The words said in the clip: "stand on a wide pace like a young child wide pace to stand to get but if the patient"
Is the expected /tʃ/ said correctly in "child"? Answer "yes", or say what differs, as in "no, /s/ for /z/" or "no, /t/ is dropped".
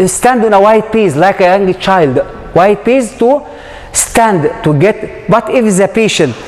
yes